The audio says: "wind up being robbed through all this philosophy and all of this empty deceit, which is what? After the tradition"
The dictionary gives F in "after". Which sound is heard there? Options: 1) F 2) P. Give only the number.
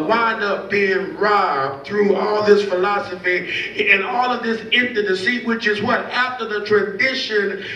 1